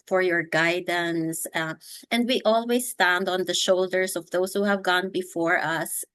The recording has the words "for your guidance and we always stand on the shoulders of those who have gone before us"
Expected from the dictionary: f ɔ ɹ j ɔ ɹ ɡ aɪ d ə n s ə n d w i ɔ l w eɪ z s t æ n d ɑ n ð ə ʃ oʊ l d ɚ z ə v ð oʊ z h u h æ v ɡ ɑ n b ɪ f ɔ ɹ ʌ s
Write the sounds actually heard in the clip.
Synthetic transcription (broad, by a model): f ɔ ɹ j ɔ ɹ ɡ aɪ d ə n s ə n d w i ɔ l w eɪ s t æ n d ɑ n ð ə ʃ oʊ l d ɚ s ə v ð oʊ s h u h æ v ɡ ɑ n b ɪ f ɔ ɹ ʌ s